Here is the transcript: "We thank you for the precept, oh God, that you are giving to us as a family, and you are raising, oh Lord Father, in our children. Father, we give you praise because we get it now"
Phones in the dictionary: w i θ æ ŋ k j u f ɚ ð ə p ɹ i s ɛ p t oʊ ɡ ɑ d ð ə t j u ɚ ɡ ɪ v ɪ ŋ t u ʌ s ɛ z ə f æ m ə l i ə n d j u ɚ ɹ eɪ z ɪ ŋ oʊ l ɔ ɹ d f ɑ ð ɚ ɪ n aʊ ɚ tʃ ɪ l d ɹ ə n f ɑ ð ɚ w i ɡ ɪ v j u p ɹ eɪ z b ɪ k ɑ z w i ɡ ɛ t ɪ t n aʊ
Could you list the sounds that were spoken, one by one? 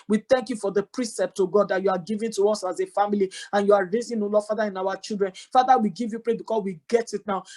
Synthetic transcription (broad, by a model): w i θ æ ŋ k j u f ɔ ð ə p ɹ i s ɛ p t oʊ ɡ ɑ d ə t j u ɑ ɡ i v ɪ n t u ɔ s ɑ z ə f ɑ m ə l i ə n j u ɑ ɹ eɪ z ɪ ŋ oʊ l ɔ f ɑ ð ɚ ɪ n aʊ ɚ tʃ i l d ɹ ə n f ɑ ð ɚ w i ɡ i v j u p ɹ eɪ b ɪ k ɑ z w i ɡ ɛ t ɪ t n aʊ